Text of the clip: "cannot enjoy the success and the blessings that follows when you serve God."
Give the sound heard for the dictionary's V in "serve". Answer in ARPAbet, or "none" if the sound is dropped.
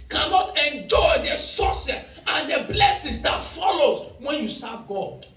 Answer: P